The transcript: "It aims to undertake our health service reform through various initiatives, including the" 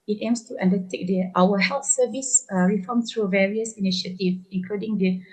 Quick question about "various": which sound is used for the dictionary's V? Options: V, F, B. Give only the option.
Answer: V